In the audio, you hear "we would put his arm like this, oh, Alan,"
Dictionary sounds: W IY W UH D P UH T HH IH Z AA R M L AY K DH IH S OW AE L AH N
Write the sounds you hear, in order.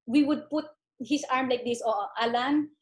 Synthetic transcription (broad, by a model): W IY W UH D P UH T HH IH S AA R M L AY K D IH S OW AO L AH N